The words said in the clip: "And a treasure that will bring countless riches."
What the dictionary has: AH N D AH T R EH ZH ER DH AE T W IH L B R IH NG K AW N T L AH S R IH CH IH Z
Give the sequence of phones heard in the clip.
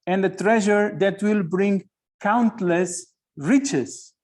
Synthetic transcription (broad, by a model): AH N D AH T R EH ZH ER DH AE T W IH L B R IH NG K AW N T L AH S R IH CH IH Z